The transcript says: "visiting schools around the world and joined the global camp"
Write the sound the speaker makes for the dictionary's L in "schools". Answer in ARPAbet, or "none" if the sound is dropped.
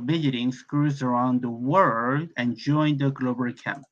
none